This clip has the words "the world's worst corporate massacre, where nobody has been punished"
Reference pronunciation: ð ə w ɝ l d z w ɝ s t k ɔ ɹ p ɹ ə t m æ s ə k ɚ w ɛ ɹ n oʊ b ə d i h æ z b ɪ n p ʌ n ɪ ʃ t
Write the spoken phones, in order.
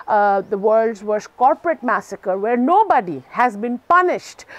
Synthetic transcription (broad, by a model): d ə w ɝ l d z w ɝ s k ɔ ɹ p ɹ ə t m æ s ə k ɚ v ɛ ɹ n oʊ b ə d i h æ z b ɪ n p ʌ n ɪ ʃ t